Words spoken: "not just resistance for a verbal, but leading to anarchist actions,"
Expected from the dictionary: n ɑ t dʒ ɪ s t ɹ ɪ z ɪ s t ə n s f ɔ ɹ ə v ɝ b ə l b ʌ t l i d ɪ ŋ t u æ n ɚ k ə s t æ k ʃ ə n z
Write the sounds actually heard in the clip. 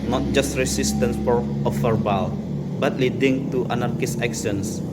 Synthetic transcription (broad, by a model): n ɑ t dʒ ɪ s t ɹ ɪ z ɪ s t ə n s f ɔ ɹ ə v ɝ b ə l b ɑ t l i d ɪ ŋ t u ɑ n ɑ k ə s ɛ k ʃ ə n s